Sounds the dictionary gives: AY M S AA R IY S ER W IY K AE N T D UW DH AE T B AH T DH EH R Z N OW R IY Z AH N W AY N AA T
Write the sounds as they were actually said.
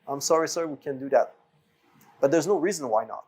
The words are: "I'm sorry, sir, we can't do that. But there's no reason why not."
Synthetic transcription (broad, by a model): AY M S AA R IY S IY W IY K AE N D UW DH AE T B AH T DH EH R Z N OW R IY Z AH N W AY N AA T